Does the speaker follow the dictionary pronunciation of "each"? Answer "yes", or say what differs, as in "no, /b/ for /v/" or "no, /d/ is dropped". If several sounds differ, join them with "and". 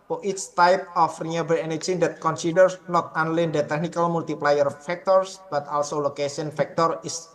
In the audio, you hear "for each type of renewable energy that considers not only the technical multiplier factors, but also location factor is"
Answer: no, /s/ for /tʃ/